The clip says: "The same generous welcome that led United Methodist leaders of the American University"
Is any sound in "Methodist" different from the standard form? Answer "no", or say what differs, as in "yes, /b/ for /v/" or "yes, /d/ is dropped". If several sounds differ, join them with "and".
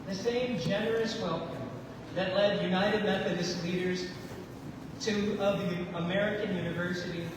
no